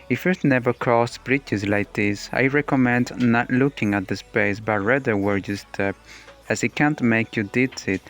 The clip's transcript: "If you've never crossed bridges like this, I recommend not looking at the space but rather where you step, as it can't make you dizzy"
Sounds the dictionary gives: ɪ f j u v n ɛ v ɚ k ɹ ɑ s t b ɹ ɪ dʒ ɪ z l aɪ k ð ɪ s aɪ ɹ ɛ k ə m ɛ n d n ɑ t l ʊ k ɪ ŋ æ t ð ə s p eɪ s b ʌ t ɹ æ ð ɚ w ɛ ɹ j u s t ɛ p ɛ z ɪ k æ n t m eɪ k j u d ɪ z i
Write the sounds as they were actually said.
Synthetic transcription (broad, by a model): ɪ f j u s n ɛ v ɚ k ɹ ɑ s t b ɹ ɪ tʃ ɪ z l aɪ k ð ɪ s aɪ ɹ ɛ k ə m ɛ n d n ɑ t l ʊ k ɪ ŋ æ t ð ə s p eɪ s b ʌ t ɹ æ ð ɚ w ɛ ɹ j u s t ɛ p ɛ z ɪ k æ n t m eɪ k j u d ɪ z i